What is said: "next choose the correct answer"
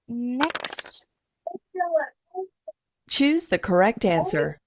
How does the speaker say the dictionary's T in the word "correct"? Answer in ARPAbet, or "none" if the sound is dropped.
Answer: T